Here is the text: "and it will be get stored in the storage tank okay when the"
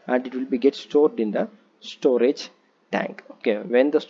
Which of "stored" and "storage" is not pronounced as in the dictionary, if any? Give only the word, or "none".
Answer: none